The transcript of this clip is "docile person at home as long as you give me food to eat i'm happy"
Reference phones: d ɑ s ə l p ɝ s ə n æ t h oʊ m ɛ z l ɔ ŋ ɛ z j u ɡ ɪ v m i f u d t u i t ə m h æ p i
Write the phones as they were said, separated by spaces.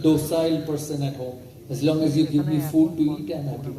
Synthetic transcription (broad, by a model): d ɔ s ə l p ɝ s ə n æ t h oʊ ɛ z l ɔ ŋ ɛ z j u ɡ ɪ v m i f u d t u i t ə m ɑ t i